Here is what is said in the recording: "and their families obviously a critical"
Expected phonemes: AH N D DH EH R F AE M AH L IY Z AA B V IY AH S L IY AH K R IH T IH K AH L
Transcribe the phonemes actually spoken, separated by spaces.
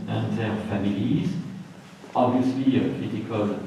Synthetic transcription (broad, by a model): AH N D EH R F AE M AH L IY Z AA B V IY AH S L IY AH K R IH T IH K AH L